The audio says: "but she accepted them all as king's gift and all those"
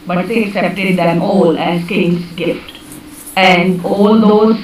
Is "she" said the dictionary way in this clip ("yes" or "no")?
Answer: no